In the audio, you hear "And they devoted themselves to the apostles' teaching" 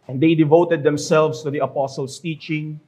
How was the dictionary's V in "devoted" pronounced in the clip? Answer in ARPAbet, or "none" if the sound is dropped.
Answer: V